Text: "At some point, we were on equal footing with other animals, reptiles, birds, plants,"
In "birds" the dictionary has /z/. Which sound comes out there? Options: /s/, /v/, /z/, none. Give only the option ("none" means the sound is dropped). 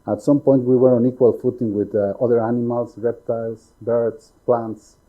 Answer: /s/